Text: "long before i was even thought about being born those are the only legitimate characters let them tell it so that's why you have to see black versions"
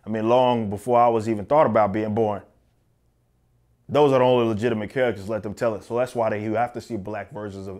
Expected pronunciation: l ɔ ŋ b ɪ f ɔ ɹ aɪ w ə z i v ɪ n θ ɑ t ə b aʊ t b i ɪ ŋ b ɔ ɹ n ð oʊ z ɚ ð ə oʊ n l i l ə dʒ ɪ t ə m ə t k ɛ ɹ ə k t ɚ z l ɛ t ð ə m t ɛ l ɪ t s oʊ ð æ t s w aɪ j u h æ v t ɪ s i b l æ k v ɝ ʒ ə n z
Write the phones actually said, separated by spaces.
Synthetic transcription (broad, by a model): l ɔ ŋ b ɪ f ɔ ɹ aɪ w ə z i v ɪ n θ ɑ t ə b aʊ t b i ɪ ŋ b ɔ ɹ n ð oʊ z ɚ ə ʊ n l i l ə dʒ ɪ t ə m ə t k ɛ ɹ ə k t ɚ z l ɛ t ð ə m t ɛ l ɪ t s oʊ ð æ t s w aɪ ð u h æ f t ɪ s i b l æ k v ɝ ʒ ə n z